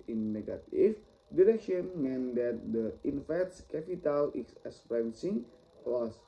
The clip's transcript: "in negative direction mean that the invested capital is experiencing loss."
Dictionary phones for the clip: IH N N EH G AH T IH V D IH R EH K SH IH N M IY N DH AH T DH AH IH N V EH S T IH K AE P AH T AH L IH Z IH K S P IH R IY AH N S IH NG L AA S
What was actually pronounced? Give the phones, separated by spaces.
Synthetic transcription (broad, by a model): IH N N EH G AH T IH F D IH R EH K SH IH N M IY N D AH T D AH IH N F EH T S K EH P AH T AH L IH S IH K S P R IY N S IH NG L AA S